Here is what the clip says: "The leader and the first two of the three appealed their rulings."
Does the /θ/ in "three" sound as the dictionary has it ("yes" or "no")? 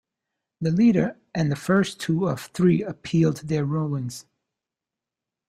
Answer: yes